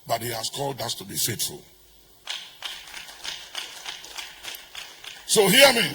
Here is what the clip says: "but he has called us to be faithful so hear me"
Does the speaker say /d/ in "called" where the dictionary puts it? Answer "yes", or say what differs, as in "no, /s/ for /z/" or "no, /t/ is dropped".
yes